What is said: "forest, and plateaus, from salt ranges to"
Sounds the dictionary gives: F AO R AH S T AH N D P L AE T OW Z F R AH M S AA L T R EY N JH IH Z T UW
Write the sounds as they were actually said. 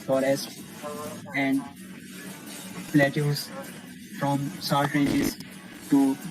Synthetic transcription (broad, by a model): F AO R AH S T AH N D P L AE T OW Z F R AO M S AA T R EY JH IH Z T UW